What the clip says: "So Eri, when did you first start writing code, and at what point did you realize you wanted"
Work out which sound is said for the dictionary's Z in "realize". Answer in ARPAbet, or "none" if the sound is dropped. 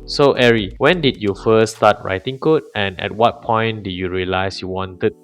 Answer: S